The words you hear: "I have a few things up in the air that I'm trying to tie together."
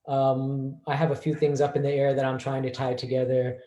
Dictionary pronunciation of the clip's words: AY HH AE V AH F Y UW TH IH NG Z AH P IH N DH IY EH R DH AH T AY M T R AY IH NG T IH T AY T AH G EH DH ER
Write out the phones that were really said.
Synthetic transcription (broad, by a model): AY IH V AH F Y UW TH IH NG Z AH P IH N DH IY EH R DH AH T AY M T R AY IH NG T IH T AY T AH G EH DH ER